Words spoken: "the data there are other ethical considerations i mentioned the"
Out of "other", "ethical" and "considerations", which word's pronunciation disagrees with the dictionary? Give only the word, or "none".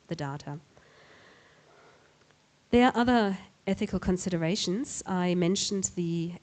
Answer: none